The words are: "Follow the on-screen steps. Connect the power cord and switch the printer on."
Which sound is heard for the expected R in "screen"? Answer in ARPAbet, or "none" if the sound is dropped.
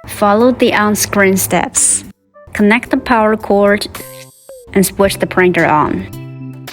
R